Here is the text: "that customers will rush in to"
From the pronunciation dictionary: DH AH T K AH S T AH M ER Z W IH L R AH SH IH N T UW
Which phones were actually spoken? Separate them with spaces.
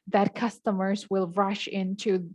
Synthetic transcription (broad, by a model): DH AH T K AH S T AH M ER Z W IH L R AH SH IH N T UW